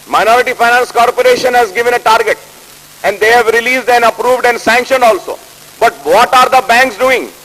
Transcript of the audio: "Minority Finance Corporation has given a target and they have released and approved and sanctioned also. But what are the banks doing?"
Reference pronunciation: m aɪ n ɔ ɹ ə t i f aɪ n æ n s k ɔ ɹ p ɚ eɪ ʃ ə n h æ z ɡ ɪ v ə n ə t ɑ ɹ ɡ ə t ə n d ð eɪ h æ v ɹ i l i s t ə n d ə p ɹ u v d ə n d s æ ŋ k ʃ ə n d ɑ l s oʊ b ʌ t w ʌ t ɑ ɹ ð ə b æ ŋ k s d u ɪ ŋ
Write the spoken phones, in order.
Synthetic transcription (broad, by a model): m aɪ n ɔ ɹ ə t i f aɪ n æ n s k ɔ ɹ p ɚ eɪ ʃ ə n h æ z ɡ ɪ v ə n ə t ɑ ɹ ɡ ə t ə n d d eɪ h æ v ɹ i l i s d ə n d ə p ɹ u v d ə n d s æ ŋ k ʃ ə n d ɑ l s oʊ b ʌ t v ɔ t ɑ ɹ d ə b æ ŋ k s d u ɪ ŋ